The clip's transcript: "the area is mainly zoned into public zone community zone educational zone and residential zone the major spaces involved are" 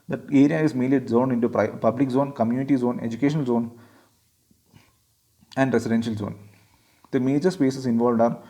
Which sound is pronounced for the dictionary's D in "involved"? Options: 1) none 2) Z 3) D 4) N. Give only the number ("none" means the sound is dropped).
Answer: 3